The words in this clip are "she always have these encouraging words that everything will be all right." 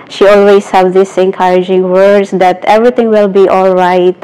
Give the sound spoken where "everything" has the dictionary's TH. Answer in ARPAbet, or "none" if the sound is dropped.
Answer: T